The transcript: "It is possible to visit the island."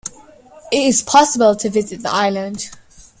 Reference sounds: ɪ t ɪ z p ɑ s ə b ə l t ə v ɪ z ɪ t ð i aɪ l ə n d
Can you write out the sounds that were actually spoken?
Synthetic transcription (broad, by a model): ɪ t ɪ z p ɑ s ə b ə l t ə v ɪ z ɪ t ð i aɪ l ə n d